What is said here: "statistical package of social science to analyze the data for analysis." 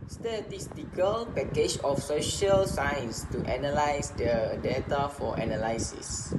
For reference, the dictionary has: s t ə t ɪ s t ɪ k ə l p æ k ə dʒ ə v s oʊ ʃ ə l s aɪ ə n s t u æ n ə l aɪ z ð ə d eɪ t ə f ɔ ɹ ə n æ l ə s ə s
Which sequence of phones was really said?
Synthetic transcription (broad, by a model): s t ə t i s t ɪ k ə l p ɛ k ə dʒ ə f s oʊ ʃ ə l s aɪ ə n s t u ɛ n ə l aɪ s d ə d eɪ t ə f ɔ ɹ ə n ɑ l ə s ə s